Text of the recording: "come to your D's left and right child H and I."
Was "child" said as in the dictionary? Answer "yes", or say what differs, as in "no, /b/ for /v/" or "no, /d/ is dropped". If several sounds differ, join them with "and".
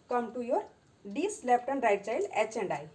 no, /d/ is dropped